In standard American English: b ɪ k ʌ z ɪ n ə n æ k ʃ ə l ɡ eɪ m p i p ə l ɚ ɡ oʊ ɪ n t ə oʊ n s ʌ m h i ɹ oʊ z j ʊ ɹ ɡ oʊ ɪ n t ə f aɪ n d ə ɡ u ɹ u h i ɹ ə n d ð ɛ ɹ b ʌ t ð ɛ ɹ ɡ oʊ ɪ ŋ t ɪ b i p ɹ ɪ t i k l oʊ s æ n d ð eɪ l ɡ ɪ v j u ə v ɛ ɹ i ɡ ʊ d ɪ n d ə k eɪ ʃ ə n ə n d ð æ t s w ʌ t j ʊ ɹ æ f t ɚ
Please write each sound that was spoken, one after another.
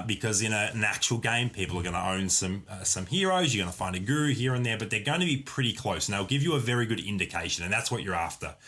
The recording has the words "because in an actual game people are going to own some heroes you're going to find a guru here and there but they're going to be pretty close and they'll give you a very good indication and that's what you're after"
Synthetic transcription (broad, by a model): b ɪ k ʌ z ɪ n ə n æ k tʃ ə l ɡ eɪ m p i p l ɚ ɡ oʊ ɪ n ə oʊ n s ʌ m h i ɹ oʊ z j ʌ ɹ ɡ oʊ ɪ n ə f aɪ n d ə ɡ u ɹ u h i ɹ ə n ð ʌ ɹ b ʌ t ð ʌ ɹ ɡ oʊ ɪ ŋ t ɪ b i p ɹ ɪ t i k l oʊ s n ð eɪ l ɡ ɪ v j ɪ ə v ɛ ɹ i ɡ ʊ d ɪ n d ə k eɪ ʃ ə n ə n ð æ t s w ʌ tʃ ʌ ɹ æ f t ɚ